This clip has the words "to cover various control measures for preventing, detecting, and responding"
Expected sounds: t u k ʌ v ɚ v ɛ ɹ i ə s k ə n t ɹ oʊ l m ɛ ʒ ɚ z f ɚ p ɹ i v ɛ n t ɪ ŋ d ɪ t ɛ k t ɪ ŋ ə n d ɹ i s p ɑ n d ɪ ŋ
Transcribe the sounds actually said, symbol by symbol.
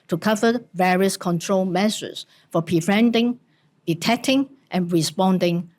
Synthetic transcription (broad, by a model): t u k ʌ v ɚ v ɛ ɹ i ə s k ə n t ɹ oʊ l m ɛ s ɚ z f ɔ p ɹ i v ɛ n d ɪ ŋ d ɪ t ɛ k t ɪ ŋ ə n ɹ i s p ɑ n d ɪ ŋ